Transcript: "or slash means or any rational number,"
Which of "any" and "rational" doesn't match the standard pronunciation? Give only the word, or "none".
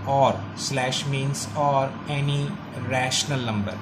none